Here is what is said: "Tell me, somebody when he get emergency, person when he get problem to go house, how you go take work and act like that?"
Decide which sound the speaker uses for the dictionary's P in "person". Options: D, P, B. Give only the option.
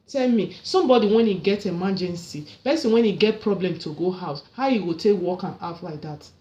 B